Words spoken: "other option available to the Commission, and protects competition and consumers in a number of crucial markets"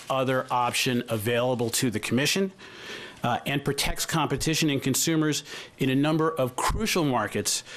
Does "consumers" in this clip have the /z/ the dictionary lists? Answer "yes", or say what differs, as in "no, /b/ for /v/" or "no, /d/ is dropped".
yes